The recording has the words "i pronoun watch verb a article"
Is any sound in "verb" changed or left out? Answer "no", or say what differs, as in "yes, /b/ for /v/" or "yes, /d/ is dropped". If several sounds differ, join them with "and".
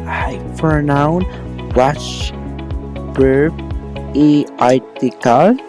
yes, /b/ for /v/